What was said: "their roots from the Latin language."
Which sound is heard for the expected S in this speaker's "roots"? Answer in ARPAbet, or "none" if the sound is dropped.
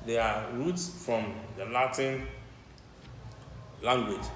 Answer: S